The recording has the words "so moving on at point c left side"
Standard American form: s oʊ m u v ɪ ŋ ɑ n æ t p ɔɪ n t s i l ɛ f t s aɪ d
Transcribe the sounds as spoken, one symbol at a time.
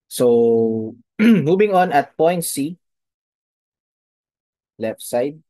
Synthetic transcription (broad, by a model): s oʊ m u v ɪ ŋ ɑ n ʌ t p ɔɪ n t s i l ɛ f t s aɪ d